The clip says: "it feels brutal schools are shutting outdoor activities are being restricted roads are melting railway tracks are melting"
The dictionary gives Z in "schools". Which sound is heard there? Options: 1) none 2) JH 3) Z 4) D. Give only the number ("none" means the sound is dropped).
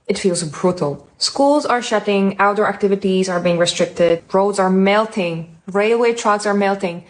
3